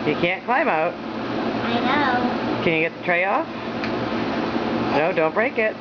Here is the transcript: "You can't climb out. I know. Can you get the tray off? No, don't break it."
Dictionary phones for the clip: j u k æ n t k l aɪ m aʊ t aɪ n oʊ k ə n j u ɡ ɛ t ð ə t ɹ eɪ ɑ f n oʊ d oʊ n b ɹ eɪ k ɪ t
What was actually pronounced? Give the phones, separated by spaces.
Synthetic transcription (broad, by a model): j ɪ k æ n k l aɪ m aʊ t aɪ n oʊ k ə n j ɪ ɡ ɛ t ð ə t ɹ eɪ ɑ f n oʊ d oʊ n b ɹ eɪ k ɪ t